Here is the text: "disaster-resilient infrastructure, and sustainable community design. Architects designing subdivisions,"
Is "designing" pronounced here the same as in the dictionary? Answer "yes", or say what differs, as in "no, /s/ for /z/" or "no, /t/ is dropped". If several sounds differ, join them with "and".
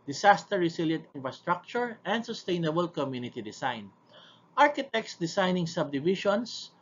no, /s/ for /z/